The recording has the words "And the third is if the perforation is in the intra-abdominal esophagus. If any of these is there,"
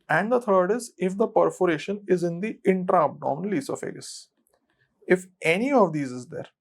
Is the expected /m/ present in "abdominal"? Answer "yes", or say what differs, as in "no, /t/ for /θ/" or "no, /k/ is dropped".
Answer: no, /m/ is dropped